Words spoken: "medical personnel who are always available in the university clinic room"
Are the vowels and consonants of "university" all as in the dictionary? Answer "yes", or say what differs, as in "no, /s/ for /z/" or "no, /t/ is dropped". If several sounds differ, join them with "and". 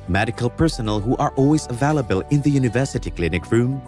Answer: yes